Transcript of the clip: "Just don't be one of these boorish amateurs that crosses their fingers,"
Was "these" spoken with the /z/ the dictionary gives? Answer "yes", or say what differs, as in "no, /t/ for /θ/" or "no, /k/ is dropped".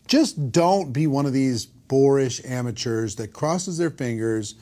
yes